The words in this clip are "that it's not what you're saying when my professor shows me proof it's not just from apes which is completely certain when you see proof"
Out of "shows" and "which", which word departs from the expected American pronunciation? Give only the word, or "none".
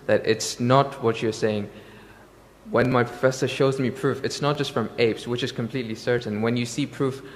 none